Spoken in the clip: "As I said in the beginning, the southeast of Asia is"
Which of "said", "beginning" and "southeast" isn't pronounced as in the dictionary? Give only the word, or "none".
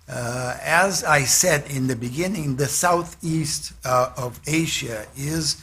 none